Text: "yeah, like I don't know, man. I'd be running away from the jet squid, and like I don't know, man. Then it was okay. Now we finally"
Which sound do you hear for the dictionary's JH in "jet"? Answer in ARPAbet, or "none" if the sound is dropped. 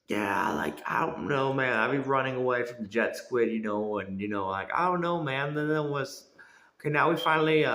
JH